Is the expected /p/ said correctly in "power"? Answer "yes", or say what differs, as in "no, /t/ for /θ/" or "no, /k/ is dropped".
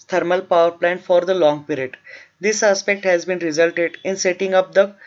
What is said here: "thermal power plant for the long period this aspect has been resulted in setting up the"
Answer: yes